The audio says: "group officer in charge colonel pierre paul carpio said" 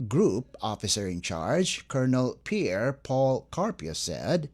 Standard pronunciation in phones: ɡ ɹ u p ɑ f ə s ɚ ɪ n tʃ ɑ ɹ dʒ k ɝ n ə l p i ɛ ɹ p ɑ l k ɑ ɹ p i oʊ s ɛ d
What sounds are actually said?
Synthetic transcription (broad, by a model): ɡ ɹ u p ɑ f ə s ɚ ɪ n tʃ ɑ ɹ dʒ k ɝ n ə l p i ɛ ɹ p ɑ l k ɑ ɹ p i oʊ s ɛ d